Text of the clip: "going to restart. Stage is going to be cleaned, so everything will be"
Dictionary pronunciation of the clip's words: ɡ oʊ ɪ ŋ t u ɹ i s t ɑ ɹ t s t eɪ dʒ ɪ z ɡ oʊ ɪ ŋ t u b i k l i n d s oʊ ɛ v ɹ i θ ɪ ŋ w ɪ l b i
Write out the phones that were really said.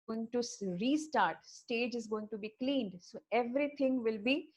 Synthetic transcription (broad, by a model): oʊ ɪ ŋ t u ɹ i s t ɑ ɹ t s t eɪ dʒ ɪ z ɡ oʊ ɪ ŋ t u b i k l i n d s oʊ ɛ v ɹ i t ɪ ŋ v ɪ l b i